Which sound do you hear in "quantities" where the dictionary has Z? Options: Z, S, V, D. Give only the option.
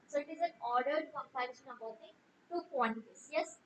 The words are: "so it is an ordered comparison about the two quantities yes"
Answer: S